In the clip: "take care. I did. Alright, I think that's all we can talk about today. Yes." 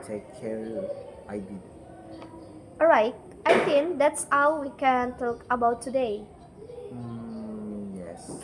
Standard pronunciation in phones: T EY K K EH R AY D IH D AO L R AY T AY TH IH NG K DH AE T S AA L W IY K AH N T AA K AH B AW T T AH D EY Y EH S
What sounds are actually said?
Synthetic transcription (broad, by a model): T EY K K EH R AY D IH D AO R AY T AY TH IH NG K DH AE T S AA W W IY K AH N T AA K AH B AW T T AH D EY Y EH S